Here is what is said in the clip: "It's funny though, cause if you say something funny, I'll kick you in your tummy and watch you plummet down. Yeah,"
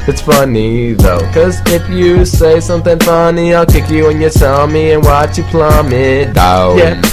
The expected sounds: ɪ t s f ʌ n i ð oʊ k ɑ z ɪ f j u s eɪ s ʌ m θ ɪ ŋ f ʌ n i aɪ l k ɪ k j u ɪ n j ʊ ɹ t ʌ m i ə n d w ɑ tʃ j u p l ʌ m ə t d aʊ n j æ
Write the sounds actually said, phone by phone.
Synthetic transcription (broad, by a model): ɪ t s f ʌ n i ð oʊ k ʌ z ɪ f j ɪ s eɪ s ʌ m θ ɪ ŋ f ʌ n i aɪ l k ɪ k j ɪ ɪ n j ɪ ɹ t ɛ m i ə n w ɑ tʃ j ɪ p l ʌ m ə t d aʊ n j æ